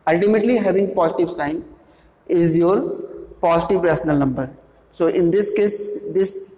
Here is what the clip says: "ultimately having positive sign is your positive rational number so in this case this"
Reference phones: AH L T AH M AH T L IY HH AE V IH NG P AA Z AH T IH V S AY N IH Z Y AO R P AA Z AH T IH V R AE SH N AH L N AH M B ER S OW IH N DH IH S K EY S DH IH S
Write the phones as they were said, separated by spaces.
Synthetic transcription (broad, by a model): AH L T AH M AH T L IY HH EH V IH NG P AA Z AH T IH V S AY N IH Z Y AO R P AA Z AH T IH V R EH S N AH L N AH M B ER S OW IH N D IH S K EY S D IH S